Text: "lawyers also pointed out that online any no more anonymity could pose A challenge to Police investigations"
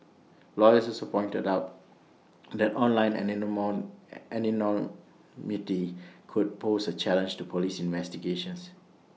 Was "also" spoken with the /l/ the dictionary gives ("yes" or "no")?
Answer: no